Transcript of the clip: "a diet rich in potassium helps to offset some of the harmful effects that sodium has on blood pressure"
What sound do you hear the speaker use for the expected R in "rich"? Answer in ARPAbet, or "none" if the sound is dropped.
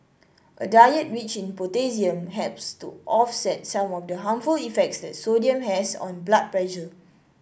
W